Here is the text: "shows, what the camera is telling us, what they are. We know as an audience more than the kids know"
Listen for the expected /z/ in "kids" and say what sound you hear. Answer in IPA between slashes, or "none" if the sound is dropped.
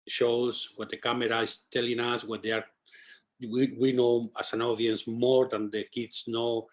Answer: /s/